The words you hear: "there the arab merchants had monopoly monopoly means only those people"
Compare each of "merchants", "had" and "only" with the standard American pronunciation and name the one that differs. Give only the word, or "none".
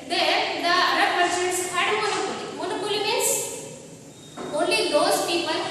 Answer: merchants